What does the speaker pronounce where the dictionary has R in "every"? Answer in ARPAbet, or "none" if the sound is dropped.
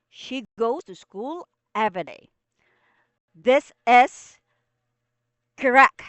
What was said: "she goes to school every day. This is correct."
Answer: none